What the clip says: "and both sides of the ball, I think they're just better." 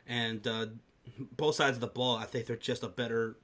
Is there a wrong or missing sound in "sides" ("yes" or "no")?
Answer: no